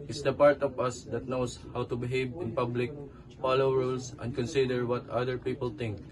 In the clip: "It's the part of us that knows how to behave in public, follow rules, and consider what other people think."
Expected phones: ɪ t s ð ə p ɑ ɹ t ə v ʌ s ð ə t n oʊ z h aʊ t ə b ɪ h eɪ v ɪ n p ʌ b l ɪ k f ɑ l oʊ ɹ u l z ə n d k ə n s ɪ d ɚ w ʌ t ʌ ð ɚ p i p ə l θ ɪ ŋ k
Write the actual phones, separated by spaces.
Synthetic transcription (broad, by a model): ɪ t s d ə p ɑ ɹ t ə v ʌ s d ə t n oʊ s h aʊ t ə b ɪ h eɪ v ɪ n p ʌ b l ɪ k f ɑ l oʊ ɹ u l s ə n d k ə n s ɪ d ɚ w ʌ t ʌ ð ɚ p i p ə l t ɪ ŋ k